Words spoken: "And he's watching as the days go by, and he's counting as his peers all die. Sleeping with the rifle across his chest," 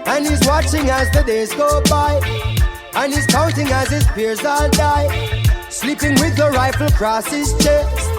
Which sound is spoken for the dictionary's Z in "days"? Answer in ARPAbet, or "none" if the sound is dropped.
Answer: Z